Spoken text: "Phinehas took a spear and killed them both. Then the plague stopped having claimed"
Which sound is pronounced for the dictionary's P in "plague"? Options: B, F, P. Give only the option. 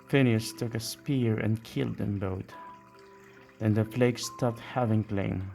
F